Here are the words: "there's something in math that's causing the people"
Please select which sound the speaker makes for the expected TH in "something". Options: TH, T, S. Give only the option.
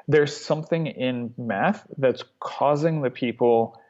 TH